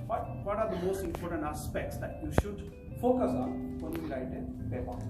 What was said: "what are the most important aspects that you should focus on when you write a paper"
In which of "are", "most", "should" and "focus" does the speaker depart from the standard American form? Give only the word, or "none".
none